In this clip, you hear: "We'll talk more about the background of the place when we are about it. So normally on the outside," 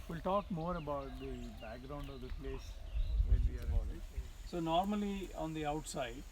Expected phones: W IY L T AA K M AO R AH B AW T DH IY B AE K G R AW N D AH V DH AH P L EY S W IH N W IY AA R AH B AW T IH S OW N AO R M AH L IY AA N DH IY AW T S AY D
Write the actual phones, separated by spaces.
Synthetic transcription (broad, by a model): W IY L T AA K M AO R AH B AW T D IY B AE K G R AW N D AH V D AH P L EY S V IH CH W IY AA R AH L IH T S OW N AO R M AH L IY AA N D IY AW T S AY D